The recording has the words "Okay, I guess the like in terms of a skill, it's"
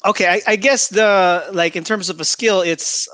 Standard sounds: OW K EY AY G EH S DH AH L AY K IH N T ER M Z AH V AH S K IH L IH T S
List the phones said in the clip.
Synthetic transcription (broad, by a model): OW K EY AY G EH S DH AH L AY K IH N T ER M Z AH V AH S K IH L IH T S